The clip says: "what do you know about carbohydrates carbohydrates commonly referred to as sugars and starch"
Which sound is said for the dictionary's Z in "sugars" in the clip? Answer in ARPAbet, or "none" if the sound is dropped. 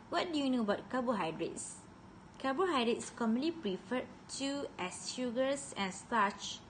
S